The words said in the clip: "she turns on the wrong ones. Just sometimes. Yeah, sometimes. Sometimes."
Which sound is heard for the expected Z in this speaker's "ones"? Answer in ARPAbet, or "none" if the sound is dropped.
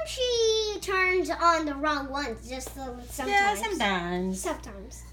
none